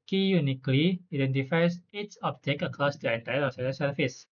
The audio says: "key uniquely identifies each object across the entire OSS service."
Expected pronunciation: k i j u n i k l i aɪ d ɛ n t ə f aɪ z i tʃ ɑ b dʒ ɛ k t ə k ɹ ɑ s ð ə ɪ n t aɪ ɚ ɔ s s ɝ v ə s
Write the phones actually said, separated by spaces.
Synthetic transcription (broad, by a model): k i j u n i k l i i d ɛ n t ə f aɪ s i s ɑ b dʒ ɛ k ə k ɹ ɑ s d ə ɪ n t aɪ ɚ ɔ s s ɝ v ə s